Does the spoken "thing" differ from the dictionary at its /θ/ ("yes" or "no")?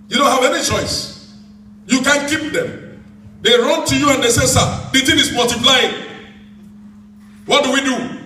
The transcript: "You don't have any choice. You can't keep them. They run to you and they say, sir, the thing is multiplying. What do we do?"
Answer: yes